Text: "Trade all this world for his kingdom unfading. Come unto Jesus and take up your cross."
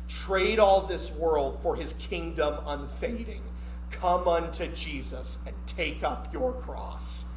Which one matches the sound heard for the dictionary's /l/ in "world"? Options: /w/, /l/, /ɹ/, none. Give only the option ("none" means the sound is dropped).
/l/